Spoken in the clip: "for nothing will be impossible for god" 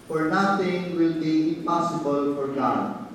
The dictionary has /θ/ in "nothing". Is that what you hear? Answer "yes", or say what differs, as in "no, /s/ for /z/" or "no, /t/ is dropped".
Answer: no, /t/ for /θ/